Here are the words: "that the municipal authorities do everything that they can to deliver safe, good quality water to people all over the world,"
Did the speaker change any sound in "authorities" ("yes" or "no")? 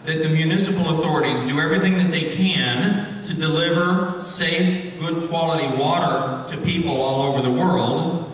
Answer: no